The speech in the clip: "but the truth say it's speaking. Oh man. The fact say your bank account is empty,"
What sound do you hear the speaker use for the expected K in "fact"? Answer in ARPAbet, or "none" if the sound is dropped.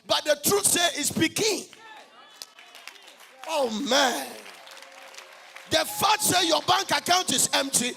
none